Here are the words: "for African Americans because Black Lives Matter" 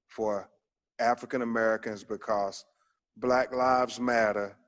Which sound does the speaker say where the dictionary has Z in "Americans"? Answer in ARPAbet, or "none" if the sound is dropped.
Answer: Z